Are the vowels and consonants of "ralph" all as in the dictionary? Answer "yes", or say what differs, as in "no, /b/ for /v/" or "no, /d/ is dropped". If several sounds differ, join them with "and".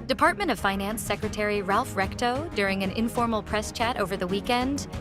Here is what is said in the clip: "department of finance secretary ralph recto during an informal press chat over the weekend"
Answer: yes